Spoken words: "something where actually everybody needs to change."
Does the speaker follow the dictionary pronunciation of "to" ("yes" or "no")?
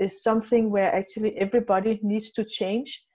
yes